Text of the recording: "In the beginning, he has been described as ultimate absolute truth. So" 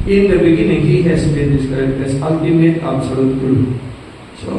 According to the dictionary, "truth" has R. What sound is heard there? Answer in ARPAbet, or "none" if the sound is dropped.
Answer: none